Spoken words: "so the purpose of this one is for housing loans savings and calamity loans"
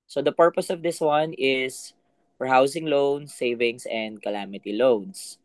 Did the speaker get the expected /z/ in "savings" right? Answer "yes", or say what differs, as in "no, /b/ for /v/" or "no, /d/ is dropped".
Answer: no, /s/ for /z/